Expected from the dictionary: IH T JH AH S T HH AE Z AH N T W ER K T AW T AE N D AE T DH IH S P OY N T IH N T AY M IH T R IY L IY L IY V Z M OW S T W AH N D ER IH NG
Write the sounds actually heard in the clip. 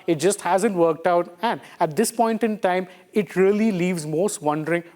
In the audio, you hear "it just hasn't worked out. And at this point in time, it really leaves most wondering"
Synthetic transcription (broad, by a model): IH T JH AH S T HH AE Z AH N T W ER K T AW T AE N D AE T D IH S P OY N T IH N T AY M IH T R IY L IY L IY V Z M OW S T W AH N D ER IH NG